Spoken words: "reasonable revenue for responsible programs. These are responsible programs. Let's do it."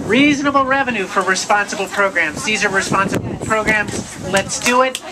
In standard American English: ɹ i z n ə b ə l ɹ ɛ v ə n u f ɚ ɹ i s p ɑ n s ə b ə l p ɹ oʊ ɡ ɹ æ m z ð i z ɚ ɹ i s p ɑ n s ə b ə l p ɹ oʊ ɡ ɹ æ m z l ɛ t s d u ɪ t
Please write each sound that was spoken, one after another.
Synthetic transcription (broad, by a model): ɹ i z n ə b l ɹ ɛ v ə n u f ɚ ɹ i s p ɑ n s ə b l p ɹ oʊ ɡ ɹ æ m z ð i z ɚ ɹ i s p ɑ n s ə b l p ɹ oʊ ɡ ɹ æ m z l ɛ t s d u ɪ t